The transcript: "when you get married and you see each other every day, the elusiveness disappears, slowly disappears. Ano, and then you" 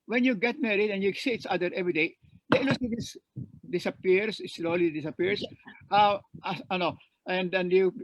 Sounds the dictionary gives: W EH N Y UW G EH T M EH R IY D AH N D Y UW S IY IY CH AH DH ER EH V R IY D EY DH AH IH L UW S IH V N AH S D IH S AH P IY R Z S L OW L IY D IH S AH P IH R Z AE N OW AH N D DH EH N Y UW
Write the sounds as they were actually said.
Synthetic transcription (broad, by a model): W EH N Y UW G EH T M EH R IY D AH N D Y UW S IY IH S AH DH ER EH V R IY D EY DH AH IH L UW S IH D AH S D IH S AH P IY R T S L OW L IY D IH S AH P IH R S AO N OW AH N D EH N Y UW